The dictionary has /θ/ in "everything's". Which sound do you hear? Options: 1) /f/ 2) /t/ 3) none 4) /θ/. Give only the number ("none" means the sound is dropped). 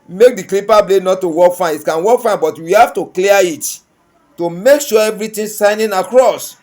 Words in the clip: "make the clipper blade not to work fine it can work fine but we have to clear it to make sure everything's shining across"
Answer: 2